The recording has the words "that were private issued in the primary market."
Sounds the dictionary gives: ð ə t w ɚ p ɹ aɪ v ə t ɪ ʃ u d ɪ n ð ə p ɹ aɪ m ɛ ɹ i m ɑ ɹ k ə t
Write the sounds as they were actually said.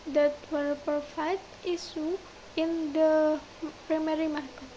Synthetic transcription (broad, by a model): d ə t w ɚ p ɹ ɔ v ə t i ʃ u ɪ n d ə p ɹ aɪ m ɛ ɹ i m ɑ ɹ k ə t